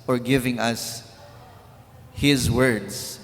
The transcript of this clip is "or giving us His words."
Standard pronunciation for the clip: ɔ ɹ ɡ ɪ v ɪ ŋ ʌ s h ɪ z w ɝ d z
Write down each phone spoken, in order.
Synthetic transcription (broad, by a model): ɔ ɹ ɡ ɪ v ɪ ŋ ʌ s h ɪ z w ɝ d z